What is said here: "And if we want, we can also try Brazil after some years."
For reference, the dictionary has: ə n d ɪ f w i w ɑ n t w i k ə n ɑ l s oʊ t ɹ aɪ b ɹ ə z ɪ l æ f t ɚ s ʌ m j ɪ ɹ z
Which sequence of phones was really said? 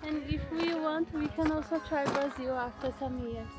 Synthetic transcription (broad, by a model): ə n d ɪ f w i w ɑ n t w i k ə n ɑ l s oʊ t ɹ aɪ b ə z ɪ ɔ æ f t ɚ s ʌ m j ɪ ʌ